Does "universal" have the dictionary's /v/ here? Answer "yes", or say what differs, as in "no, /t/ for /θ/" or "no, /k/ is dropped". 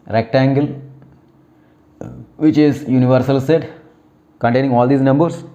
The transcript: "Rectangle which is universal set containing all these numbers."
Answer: yes